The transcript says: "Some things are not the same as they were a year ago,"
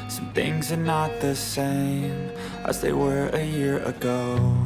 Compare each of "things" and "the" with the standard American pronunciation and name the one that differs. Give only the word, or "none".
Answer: none